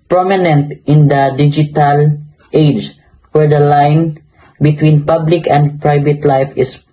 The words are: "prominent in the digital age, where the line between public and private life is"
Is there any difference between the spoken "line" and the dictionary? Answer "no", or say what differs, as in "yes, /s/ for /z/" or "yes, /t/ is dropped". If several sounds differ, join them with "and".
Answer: no